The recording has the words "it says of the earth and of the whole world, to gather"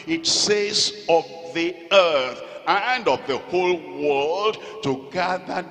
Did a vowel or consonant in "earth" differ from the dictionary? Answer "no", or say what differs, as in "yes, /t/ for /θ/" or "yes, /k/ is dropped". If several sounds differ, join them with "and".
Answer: no